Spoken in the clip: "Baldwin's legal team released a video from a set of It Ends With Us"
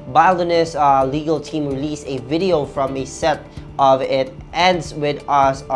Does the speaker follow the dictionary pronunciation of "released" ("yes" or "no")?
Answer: no